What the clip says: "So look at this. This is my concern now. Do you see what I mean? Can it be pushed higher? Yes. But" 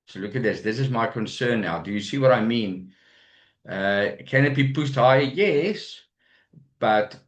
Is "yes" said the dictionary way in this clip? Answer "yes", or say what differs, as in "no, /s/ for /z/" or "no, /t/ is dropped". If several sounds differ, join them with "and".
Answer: yes